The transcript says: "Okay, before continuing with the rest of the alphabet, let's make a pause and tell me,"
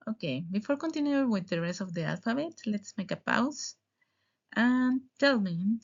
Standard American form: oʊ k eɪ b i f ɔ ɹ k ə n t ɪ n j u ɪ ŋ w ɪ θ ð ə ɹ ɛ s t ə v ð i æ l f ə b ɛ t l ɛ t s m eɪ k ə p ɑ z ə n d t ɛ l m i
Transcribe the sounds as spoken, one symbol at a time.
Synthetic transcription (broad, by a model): oʊ k eɪ b i f ɔ ɹ k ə n t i n j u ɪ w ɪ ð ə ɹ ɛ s ə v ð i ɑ l f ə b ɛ t l ɛ t s m eɪ k ə p ɑ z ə n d t ɛ l m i